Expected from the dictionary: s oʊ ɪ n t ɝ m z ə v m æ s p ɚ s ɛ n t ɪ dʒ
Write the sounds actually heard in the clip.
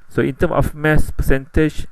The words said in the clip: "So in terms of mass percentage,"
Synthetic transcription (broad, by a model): s oʊ ɪ n t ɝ m ə f m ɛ s p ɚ s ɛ n t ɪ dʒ